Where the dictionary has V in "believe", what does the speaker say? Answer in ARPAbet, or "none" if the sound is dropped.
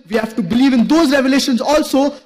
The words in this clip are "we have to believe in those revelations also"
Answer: V